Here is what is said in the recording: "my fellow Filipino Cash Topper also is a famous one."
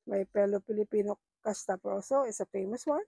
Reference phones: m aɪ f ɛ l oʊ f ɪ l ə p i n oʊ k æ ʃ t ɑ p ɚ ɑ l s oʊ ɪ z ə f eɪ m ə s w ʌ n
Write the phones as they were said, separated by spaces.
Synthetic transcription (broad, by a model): m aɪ p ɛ l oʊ p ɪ l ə p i n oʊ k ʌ s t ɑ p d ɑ w s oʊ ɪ s ə f eɪ m ə s w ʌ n